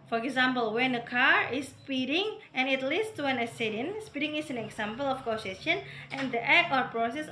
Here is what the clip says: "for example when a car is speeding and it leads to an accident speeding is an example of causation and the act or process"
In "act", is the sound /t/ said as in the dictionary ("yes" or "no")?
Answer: no